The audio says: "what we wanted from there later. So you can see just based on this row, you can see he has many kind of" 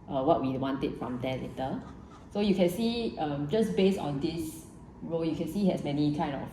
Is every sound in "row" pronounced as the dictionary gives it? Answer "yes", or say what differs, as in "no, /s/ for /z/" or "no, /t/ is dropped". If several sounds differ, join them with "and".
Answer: yes